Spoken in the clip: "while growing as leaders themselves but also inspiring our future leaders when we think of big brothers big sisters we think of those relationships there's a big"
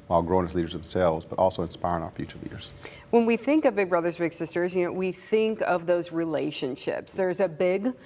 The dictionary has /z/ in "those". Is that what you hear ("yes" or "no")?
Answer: yes